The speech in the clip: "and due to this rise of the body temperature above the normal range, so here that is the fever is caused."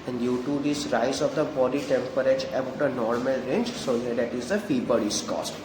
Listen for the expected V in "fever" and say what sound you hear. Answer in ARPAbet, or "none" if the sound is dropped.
B